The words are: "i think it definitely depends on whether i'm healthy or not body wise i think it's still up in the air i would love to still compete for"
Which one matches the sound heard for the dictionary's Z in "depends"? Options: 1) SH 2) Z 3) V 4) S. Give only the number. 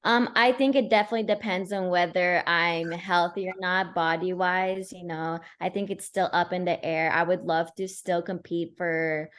2